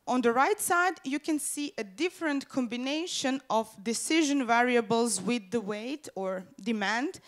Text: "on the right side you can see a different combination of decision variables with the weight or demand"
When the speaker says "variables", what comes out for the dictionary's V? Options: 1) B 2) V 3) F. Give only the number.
2